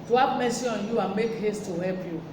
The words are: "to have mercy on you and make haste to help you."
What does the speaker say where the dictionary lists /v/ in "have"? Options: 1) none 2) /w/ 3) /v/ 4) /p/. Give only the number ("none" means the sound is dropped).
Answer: 4